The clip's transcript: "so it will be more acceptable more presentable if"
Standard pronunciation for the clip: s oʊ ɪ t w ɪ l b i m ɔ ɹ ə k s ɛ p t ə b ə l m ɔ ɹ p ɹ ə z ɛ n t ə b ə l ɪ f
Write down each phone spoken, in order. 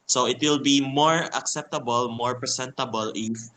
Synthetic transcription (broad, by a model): s oʊ ɪ t w ɪ l b i m ɔ ɹ ə k s ɛ p t ə b ə l m ɔ ɹ p ɹ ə s ɛ n t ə b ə l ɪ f